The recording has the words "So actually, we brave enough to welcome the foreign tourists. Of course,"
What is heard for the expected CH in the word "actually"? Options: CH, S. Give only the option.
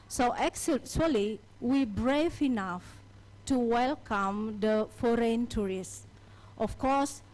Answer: S